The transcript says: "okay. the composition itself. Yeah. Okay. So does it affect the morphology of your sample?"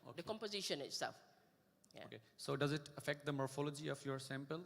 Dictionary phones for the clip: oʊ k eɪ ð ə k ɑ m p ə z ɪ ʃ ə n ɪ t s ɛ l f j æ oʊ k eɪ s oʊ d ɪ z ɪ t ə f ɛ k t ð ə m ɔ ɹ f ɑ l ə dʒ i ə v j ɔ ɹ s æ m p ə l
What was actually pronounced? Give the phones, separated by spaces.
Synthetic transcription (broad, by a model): oʊ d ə k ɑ m p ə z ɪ ʃ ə n ɪ t s ɛ l f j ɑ oʊ k eɪ s oʊ d ɪ z ɪ t ə f ɛ k t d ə m ɔ ɹ f ɑ l ə dʒ i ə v j ɔ ɹ s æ m p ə l